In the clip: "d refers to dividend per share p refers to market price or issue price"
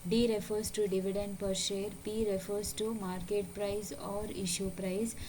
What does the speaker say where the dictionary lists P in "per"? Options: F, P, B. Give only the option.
P